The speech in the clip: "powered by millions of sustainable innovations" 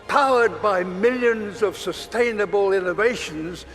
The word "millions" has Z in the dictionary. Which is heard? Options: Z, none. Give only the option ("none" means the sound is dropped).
Z